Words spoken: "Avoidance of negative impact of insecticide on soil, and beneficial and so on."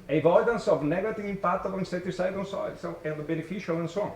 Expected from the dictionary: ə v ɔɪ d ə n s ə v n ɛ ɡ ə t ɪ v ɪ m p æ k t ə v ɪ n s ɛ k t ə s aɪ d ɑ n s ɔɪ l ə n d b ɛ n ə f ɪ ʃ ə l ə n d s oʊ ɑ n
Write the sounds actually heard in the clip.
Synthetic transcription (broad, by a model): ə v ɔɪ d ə n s ə v n ɛ ɡ ə t ɪ v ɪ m p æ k t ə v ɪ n s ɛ t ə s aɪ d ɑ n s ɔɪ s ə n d b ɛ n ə f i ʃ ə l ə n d s oʊ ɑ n